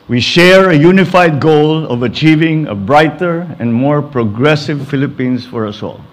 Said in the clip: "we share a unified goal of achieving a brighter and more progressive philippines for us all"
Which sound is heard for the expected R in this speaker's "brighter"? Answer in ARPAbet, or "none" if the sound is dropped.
R